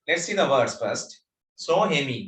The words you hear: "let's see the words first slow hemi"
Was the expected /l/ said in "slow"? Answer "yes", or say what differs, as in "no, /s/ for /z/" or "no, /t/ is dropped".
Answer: no, /l/ is dropped